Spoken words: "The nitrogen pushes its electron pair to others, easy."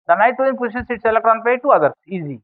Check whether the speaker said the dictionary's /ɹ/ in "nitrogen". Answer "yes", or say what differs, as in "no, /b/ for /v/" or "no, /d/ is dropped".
no, /ɹ/ is dropped